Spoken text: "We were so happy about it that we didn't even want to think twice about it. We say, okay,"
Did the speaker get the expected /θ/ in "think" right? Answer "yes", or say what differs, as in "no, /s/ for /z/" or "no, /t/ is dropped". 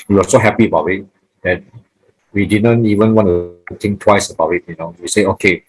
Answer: no, /t/ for /θ/